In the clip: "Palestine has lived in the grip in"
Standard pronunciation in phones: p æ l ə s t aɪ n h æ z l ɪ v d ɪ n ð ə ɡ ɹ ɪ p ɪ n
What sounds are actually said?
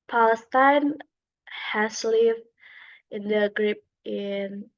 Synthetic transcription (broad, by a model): p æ l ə s t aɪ n h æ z l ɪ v ɪ n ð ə ɡ ɹ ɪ p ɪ n